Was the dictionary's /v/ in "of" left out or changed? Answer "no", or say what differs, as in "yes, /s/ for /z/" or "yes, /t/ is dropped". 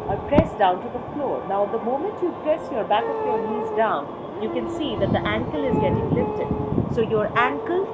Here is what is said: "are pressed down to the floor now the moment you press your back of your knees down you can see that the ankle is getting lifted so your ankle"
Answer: yes, /p/ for /v/